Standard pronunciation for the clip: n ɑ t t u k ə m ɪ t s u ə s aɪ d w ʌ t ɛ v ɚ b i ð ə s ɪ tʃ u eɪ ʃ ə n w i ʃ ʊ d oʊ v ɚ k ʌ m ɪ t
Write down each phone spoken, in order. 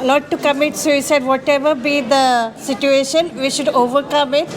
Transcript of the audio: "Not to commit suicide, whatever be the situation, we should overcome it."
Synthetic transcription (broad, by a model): n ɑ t t u k ə m ɪ t s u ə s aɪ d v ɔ t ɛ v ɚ b i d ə s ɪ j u eɪ ʃ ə n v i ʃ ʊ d oʊ v ɚ k ʌ m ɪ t